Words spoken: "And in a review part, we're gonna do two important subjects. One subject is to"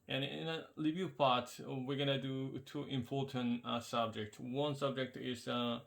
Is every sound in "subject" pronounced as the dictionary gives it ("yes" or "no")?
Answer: yes